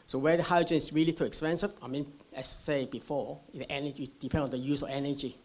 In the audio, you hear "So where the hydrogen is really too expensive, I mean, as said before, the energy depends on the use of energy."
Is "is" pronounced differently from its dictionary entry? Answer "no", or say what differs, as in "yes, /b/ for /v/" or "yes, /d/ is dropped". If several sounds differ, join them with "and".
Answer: yes, /s/ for /z/